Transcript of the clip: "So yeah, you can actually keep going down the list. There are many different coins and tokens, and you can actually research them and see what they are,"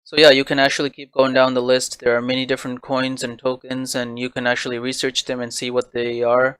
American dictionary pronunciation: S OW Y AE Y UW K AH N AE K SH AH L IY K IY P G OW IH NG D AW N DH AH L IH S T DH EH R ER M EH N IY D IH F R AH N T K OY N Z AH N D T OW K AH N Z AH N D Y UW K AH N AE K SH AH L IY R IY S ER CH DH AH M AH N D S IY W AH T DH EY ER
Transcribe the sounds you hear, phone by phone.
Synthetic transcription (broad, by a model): S OW Y AE Y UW K AH N AE K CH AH L IY K IY P G OW IH NG D AW N DH AH L IH S T DH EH R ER M EH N IY D IH F R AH N K OY N Z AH N T OW K AH N Z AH N Y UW K AH N AE K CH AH L IY R IY S ER CH DH AH M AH N S IY W AH T DH EY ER